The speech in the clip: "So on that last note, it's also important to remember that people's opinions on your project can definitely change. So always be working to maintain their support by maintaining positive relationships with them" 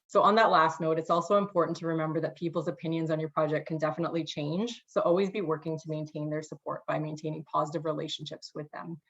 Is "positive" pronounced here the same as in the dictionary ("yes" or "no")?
yes